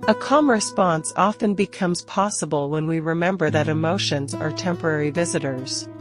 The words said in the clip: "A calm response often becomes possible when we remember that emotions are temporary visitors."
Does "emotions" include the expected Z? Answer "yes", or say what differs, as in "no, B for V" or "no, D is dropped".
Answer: yes